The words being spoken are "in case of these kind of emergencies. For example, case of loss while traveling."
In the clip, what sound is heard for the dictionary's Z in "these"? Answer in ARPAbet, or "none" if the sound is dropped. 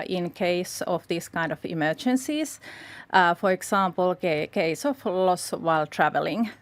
S